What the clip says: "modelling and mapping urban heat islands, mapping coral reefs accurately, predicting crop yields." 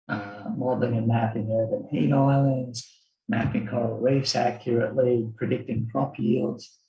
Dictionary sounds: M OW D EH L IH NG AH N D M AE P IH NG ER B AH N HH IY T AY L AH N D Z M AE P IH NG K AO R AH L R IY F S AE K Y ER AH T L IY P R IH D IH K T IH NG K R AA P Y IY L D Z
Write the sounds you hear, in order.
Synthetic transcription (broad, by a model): M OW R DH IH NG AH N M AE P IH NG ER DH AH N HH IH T AY L AH N D Z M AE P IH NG K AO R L W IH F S AE K Y ER AH T L IY P R IH D IH K T IH NG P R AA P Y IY L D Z